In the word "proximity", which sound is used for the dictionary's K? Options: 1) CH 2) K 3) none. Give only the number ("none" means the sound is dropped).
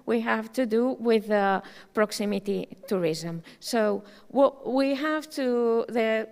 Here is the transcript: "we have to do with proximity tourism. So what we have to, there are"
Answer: 2